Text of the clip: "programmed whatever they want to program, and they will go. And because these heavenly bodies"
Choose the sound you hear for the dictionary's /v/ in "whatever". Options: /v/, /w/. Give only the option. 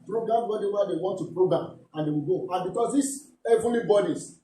/w/